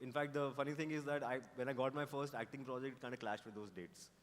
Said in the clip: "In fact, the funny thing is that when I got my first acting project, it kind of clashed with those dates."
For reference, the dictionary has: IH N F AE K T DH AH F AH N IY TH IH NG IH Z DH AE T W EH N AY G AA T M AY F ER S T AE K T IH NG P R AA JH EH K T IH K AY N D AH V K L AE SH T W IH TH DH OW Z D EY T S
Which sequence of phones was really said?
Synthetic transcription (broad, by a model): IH N F AE K T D AH F AH N IY T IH NG IH Z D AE T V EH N AY G AA T M AY F ER S T AE K T IH NG P R AA JH EH K T K AY N D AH K L AE SH T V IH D OW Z D EY T S